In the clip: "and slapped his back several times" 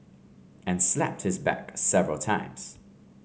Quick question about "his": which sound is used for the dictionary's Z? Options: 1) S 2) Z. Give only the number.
2